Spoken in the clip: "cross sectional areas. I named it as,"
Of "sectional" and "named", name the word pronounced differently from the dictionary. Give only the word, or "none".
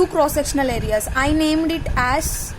none